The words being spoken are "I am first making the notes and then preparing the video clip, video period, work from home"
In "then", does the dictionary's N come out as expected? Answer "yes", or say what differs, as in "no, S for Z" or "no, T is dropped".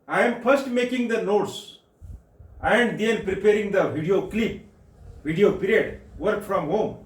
no, L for N